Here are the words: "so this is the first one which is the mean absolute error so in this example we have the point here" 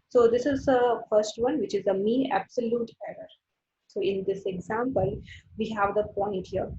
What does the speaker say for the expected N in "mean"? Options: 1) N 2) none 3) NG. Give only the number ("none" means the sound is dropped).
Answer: 2